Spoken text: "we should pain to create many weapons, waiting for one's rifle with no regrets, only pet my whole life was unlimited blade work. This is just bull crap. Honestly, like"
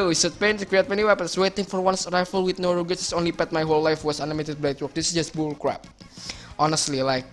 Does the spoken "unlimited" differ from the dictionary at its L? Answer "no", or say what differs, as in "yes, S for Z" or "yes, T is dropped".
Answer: yes, L is dropped